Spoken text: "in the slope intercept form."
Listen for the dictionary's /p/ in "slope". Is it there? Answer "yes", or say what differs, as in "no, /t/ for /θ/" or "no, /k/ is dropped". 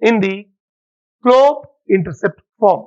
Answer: no, /p/ is dropped